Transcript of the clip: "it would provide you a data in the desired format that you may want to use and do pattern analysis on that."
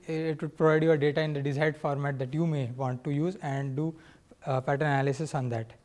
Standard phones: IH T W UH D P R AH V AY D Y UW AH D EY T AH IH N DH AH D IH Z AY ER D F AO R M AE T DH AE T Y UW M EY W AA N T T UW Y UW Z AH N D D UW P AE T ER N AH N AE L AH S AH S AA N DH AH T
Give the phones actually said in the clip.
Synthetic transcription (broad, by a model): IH T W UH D P R AH V AY D Y UW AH D EY T AH IH N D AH D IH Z AY D F AO R M AE T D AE T Y UW M EY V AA N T T UW Y UW Z AH N D D UW P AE T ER AH N AE L AH S AH S AA N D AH T